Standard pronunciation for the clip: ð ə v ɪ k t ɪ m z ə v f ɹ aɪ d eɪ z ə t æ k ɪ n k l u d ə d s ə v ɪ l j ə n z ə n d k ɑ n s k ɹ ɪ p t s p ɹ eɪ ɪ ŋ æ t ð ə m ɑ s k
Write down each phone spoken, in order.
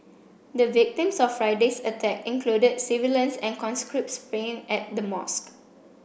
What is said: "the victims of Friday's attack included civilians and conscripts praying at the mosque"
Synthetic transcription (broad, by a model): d ə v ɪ k t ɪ m s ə f f ɹ aɪ d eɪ s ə t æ k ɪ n k l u d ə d s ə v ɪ l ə n s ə n k ɑ n s k ɹ ɪ p t s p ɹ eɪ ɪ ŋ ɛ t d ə m ɑ s k